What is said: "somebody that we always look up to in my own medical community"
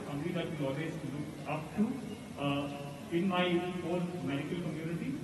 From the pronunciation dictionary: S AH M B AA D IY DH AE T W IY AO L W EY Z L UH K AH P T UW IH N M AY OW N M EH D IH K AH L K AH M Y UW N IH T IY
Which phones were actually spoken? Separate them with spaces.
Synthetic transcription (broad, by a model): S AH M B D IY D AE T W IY AO L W EY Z L UH K AH P T UW IH N M AY OW L M EH D IH K AH L K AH M Y UW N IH T IY